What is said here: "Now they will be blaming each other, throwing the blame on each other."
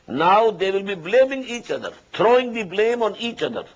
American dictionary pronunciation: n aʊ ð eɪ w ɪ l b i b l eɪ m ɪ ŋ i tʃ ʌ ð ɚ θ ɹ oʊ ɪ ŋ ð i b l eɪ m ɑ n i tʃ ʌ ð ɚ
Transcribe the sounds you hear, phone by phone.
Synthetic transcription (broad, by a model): n aʊ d eɪ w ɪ l b i b l eɪ m ɪ ŋ i tʃ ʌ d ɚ t ɹ oʊ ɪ ŋ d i b l eɪ m ɑ n i tʃ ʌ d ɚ